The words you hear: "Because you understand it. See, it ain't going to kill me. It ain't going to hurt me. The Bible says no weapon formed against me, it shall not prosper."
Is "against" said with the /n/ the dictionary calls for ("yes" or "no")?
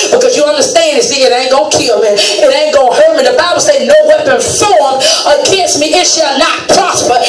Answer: no